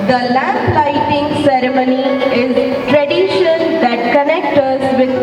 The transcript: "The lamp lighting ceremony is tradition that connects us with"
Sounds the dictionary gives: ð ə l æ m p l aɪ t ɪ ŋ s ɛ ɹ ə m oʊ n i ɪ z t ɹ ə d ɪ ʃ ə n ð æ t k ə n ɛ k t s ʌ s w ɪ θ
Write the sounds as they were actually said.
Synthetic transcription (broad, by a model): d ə l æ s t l aɪ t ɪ ŋ s ɛ ɹ ə m oʊ n i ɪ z t ɹ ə d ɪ ʃ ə n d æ t k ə n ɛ k t ʌ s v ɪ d